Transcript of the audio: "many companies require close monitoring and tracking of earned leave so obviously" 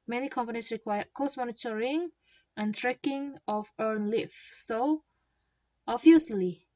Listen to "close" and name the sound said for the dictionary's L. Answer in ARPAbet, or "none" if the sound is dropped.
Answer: none